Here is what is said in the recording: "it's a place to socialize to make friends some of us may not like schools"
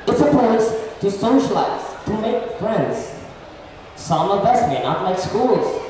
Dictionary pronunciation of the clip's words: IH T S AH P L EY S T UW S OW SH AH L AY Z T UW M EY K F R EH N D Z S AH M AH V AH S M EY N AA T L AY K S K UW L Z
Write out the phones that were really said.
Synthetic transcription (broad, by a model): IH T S AH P AO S T UW S OW SH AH L AY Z T UW M EY K F R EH N D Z S AH M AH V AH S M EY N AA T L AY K S K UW L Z